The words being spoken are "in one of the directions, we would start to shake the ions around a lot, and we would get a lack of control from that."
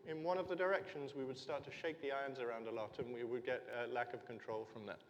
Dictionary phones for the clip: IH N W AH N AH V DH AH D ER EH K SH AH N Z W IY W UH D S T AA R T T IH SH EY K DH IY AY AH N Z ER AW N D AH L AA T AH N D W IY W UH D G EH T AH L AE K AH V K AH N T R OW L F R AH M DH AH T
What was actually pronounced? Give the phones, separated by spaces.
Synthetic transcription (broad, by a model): IH N W AH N AH V DH AH D ER EH K SH AH N Z W IY W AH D S T AA R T T IH SH EY K DH IY AY AH N Z ER AW N D AH L AA T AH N W IY W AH D G EH T AH L AE K AH V K AH N T R OW L F R AH M DH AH T